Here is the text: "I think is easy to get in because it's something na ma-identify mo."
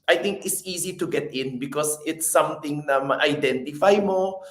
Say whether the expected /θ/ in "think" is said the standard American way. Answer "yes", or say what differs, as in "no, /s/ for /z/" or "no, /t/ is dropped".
no, /t/ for /θ/